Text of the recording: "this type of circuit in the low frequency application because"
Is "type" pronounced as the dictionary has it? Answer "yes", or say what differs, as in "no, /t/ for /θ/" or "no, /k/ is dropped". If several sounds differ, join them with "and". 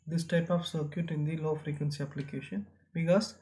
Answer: yes